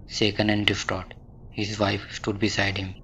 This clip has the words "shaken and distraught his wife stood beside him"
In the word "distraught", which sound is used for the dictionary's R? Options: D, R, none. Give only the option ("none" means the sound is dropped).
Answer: none